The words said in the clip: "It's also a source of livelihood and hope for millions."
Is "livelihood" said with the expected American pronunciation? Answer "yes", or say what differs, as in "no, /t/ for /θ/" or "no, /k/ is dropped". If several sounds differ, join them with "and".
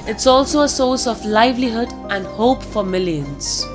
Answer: yes